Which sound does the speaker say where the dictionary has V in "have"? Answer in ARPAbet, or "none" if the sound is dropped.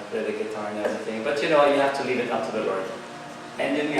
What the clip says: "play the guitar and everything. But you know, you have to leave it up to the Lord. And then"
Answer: F